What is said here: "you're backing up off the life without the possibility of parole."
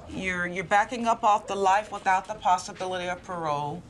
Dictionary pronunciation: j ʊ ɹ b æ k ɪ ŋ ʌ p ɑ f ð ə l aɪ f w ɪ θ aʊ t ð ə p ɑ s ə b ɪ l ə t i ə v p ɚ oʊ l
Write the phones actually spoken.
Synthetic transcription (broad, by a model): j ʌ ɹ b æ k ɪ ŋ ʌ p ɑ f ð ə l aɪ f w ɪ θ aʊ t ð ə p ɑ s ə b ɪ l ə t i ə v p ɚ oʊ